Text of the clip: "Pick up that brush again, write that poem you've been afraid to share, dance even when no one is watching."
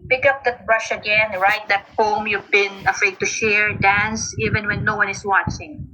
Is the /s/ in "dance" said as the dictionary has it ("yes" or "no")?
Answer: yes